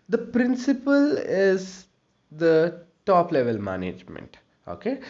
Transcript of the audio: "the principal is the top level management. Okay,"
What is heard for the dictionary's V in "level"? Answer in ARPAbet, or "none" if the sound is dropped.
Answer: V